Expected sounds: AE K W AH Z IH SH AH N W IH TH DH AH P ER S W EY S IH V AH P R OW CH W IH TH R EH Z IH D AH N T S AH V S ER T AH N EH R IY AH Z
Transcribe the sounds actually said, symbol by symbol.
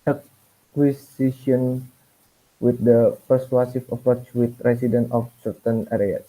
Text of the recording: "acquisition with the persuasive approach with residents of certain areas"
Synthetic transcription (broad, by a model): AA K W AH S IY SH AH N W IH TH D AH P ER S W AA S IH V AH P R OW CH W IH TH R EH S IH D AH N T AH F S ER T AH N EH R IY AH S